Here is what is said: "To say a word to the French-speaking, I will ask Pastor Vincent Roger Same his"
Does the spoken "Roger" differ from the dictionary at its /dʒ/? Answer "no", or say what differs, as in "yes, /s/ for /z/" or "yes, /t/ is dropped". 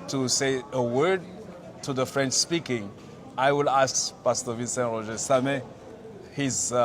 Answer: yes, /ʒ/ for /dʒ/